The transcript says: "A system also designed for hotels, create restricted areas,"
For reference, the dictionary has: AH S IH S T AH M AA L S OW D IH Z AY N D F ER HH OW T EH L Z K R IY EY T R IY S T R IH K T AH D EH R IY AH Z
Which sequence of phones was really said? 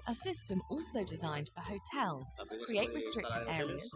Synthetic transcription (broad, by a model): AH S IH S T AH M AA L S OW D IH Z AY N D F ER HH OW T EH L Z K R IY EY T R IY S T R IH K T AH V EH R IY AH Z